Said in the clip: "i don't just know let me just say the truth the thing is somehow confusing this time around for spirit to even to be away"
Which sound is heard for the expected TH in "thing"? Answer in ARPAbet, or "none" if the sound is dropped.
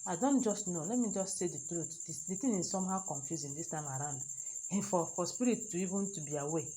T